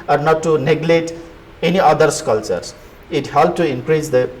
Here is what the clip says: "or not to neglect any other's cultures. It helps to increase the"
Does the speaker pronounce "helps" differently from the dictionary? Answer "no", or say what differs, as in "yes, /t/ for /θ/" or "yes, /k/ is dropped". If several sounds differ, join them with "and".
yes, /s/ is dropped